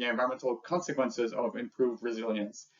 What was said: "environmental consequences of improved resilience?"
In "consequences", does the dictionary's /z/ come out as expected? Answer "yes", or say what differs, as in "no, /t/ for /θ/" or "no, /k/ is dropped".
yes